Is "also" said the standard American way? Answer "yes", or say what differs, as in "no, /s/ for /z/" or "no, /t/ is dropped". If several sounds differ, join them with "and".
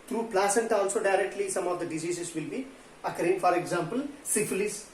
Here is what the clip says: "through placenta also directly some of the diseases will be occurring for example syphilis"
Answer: yes